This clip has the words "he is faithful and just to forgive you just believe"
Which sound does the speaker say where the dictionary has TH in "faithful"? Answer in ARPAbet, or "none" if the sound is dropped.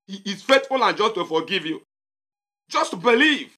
T